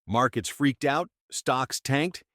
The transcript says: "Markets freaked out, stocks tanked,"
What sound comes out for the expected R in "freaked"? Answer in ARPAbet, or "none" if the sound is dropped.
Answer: R